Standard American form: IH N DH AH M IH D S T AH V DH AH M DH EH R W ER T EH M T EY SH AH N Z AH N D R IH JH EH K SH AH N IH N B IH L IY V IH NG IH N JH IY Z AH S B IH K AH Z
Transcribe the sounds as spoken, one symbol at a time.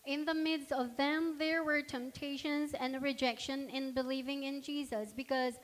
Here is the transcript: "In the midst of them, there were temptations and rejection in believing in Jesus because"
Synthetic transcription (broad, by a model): IH N DH AH M IH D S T AH V DH AH M DH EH R W ER T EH M T EY SH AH N Z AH N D R IH JH EH K SH AH N IH N B IH L IY V IH NG IH N JH IY Z AH S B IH K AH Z